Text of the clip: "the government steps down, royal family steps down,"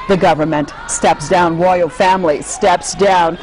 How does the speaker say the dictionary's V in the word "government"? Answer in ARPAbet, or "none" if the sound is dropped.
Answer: V